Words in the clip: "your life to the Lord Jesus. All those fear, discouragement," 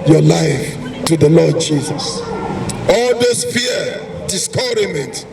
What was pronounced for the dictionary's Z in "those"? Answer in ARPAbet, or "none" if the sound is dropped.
S